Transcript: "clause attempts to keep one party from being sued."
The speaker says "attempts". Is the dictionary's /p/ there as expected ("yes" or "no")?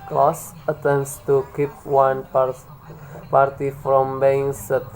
no